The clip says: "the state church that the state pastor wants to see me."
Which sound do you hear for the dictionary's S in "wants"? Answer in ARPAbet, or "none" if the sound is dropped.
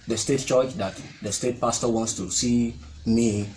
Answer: S